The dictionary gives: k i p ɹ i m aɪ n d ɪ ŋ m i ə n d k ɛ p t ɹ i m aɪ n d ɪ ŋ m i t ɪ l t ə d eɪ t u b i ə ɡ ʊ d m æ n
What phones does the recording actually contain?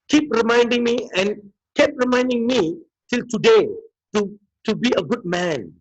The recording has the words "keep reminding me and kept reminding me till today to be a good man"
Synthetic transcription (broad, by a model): k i p ɹ i m aɪ n d ɪ ŋ m i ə n k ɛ p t ɹ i m aɪ n d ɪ ŋ m i t ɪ l t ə d eɪ t u b i ə ɡ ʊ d m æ n